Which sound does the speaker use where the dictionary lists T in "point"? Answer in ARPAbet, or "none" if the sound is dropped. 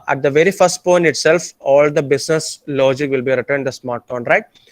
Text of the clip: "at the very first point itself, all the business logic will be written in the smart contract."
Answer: none